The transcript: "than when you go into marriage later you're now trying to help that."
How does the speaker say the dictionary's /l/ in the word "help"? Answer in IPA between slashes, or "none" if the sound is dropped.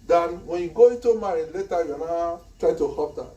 none